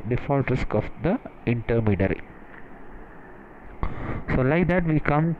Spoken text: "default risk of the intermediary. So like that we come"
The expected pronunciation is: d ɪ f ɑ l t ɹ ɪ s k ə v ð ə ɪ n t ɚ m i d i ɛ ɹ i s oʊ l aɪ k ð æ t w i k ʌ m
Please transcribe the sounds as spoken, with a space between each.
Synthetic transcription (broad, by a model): d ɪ f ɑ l t ɹ ɪ s k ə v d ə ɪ n t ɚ m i d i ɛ ɹ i s oʊ l aɪ k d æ t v i k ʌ m